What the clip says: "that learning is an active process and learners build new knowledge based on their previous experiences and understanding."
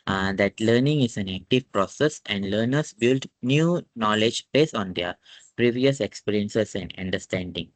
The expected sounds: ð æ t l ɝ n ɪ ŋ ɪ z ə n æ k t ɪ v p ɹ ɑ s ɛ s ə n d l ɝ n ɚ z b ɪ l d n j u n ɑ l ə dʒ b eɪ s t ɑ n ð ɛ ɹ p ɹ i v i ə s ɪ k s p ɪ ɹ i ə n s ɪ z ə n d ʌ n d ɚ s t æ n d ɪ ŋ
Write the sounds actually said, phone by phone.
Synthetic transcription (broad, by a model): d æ t l ɝ n ɪ ŋ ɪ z ə n æ k t ɪ v p ɹ ɑ s ɛ s ə n d l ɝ n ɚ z b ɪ l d n j u n ɑ l ə dʒ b eɪ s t ɑ n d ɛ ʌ p ɹ i v i ə s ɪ k s p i ɹ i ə n s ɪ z ə n d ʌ n d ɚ s t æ n d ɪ ŋ